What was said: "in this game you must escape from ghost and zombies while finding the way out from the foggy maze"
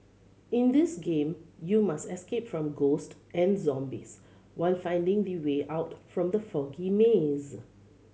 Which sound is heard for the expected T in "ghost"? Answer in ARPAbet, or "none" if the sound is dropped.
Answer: T